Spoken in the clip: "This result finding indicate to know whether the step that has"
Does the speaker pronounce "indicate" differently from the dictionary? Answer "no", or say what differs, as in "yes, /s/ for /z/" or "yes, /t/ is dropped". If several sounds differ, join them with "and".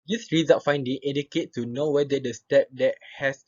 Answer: yes, /n/ is dropped